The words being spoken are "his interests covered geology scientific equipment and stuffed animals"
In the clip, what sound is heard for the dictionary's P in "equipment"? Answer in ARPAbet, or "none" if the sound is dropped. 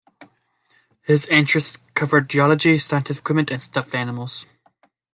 none